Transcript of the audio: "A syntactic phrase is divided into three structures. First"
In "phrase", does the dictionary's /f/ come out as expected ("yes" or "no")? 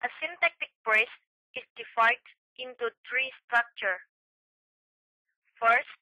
no